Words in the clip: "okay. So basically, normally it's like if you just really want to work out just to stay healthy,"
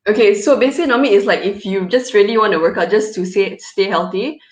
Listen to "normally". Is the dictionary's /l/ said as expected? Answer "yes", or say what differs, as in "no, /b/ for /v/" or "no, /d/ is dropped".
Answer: no, /l/ is dropped